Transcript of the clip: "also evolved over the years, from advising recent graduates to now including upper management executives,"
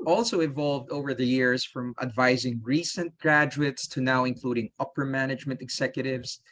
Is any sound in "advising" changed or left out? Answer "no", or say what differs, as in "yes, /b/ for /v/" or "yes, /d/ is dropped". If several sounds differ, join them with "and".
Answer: no